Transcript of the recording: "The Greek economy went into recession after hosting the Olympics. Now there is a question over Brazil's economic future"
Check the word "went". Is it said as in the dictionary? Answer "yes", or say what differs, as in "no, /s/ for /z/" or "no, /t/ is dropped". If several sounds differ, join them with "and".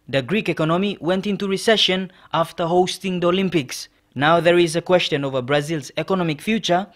yes